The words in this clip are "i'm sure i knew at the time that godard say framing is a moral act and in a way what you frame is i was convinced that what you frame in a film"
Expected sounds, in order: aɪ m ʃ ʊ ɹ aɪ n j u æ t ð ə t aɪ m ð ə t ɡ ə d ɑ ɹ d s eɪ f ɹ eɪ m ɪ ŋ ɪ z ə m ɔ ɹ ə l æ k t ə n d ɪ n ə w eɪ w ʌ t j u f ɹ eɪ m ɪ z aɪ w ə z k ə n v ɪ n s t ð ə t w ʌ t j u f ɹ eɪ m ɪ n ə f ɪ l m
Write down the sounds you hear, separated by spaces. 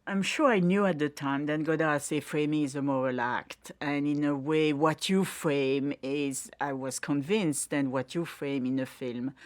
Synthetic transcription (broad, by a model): aɪ m ʃ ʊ ɹ aɪ n j u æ t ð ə t aɪ m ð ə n ɡ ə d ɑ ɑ s eɪ f ɹ eɪ m ɪ ŋ ɪ z ə m ɔ ɹ ə l æ k t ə n ɪ n ə w eɪ w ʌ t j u f ɹ eɪ m ɪ z aɪ w ə z k ə n v ɪ n s t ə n w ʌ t j u f ɹ eɪ m ɪ n ə f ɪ l m